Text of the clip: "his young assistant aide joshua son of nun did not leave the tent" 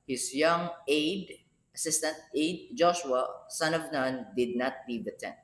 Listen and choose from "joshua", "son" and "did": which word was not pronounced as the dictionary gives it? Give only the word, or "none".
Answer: none